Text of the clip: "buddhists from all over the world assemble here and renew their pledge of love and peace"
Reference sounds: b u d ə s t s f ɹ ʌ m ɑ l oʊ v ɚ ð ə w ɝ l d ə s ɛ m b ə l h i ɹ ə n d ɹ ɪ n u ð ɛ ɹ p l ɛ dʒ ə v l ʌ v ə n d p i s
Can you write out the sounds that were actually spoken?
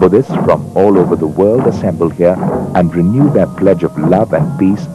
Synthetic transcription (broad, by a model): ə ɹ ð s f ɹ ʌ m ɑ l oʊ v ɚ ð ə w ɝ l d ə s ɛ m b ə l h i ɹ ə n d ɹ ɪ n u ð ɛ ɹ p l ɛ dʒ ə v l ʌ v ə n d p i s